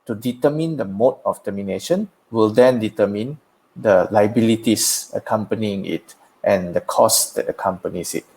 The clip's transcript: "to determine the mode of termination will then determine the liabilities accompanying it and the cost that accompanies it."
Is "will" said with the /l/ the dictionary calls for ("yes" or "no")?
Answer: yes